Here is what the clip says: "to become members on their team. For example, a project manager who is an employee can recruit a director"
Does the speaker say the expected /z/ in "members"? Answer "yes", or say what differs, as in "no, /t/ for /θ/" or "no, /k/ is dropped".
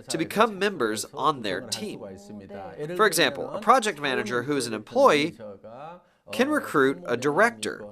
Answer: yes